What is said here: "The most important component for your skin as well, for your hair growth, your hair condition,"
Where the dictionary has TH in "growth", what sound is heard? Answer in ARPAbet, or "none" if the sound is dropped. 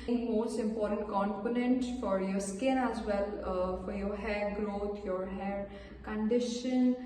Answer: T